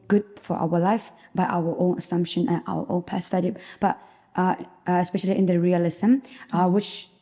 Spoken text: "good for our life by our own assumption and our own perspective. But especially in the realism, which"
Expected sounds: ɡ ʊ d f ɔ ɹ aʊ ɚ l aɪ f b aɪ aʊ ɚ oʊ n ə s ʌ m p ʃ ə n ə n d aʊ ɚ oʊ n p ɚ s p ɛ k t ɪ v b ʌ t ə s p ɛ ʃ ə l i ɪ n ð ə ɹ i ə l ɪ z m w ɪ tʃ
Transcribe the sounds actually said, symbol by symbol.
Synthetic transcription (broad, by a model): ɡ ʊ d f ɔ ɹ aʊ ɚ l aɪ f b aɪ aʊ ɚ oʊ n ə s ʌ m p ʃ ə n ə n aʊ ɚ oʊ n p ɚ s ɛ t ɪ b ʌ t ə s p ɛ ʃ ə l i ɪ n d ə ɹ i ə l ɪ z m w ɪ tʃ